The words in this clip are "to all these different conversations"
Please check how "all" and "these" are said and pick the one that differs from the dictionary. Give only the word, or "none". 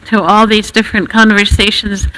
none